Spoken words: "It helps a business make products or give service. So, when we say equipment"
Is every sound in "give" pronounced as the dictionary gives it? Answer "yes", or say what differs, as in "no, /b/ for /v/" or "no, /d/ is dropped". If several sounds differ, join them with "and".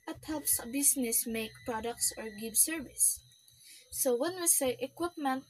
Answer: no, /b/ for /v/